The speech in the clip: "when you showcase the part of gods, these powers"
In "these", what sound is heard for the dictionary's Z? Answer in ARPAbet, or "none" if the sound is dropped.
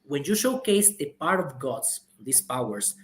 S